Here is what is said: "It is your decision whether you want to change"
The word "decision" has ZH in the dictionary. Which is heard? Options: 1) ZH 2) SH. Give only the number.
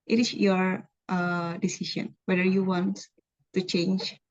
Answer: 2